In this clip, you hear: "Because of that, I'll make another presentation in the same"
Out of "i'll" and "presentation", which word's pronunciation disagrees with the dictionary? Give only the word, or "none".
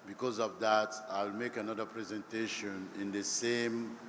none